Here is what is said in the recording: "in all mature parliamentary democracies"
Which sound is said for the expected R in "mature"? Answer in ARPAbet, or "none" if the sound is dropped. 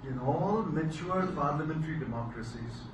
L